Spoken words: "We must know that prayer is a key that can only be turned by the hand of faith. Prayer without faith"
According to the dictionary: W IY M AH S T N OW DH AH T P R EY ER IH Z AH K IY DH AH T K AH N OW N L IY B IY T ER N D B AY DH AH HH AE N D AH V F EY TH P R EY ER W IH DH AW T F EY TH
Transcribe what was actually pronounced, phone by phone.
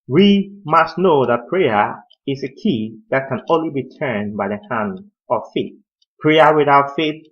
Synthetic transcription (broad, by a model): W IY M AH S T N OW DH AH T P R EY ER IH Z AH K IY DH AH T K AH N OW N L IY B IY T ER N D B AY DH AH HH AE N D AH V F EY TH P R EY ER W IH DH AW T F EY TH